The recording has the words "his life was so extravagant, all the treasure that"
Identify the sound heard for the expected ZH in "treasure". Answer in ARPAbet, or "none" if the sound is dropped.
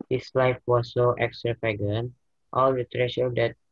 SH